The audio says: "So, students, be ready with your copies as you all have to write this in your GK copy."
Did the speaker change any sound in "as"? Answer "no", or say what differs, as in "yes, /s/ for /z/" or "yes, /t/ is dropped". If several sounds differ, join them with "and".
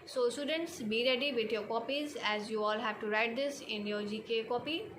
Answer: no